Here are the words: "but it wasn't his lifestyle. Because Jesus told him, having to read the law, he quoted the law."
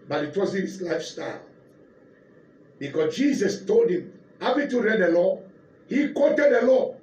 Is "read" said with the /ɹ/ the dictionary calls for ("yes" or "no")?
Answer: yes